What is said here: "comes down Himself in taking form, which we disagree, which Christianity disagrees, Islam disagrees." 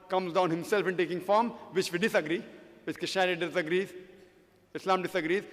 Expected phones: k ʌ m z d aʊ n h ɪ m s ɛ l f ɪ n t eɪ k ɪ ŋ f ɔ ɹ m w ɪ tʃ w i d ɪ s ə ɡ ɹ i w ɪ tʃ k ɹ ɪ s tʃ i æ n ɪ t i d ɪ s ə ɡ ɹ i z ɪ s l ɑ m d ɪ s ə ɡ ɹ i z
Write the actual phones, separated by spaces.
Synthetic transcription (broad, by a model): k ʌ m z d aʊ n h ɪ m s ɛ l f ɪ n t eɪ k ɪ ŋ f ɔ ɹ m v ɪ tʃ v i d ɪ s ə ɡ ɹ i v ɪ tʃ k ɪ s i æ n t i d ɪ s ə ɡ ɹ i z ɪ s l ɑ m d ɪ s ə ɡ ɹ i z